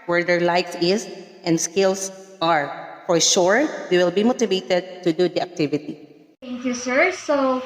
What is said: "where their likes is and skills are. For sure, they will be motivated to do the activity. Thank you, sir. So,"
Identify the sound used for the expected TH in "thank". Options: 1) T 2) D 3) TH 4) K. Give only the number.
1